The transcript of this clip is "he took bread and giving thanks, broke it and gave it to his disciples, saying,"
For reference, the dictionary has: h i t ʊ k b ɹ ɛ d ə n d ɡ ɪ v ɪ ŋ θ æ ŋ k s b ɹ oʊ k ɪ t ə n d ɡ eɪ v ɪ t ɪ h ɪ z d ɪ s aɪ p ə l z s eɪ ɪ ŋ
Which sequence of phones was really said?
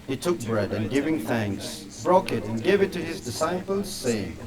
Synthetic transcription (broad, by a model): h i t ʊ k b ɹ ɛ d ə n ɡ ɪ v ɪ ŋ θ æ ŋ k s b ɹ oʊ k ɪ t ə n ɡ eɪ v ɪ t ɪ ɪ z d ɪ s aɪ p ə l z s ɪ